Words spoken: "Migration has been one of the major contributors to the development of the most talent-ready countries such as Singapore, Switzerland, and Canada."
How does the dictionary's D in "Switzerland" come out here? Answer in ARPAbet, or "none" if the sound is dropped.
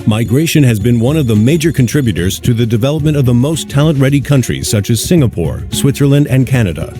D